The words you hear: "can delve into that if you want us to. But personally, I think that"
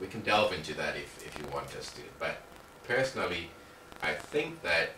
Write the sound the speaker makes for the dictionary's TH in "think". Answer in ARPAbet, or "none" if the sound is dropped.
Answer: TH